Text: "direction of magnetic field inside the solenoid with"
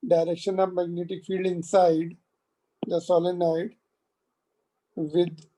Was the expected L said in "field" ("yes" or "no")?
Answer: yes